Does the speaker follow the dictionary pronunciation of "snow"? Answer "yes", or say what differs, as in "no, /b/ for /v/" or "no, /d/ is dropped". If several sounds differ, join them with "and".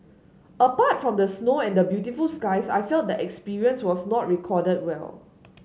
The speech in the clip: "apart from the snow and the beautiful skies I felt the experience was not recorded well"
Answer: yes